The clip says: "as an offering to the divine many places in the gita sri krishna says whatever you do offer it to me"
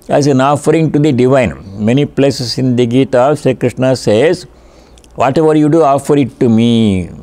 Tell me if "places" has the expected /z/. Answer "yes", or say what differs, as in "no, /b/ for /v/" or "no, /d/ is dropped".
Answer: no, /s/ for /z/